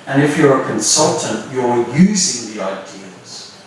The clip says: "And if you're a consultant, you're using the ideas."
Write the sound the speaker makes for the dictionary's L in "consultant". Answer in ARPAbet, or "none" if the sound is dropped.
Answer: L